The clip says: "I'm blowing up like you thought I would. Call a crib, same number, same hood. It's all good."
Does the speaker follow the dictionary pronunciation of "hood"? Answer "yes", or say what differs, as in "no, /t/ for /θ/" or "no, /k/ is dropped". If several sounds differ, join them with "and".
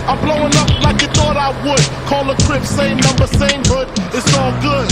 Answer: yes